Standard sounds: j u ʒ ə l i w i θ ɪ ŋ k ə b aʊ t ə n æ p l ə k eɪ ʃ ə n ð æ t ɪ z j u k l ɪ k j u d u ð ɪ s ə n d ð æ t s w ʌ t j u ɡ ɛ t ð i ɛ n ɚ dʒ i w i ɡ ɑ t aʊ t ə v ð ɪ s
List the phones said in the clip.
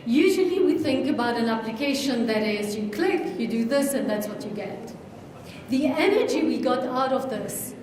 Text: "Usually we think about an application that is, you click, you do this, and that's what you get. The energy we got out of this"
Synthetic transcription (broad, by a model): j u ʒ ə l i w i θ ɪ ŋ k ə b aʊ t ə n æ p l ə k eɪ ʃ ə n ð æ t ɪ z j u k l ɪ k j u d u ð ɪ s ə n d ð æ t s w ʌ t j u ɡ ɛ t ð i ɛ n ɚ dʒ i w i ɡ ɑ t aʊ t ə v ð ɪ s